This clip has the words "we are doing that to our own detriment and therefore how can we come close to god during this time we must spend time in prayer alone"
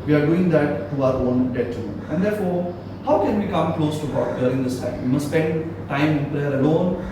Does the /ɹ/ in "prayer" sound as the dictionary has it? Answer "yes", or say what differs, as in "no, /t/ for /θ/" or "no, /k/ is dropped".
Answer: no, /l/ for /ɹ/